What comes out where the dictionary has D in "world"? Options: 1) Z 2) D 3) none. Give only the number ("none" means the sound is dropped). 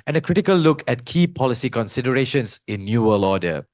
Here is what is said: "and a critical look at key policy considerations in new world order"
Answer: 3